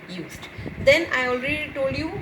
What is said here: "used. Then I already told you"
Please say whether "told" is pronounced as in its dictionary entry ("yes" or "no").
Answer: yes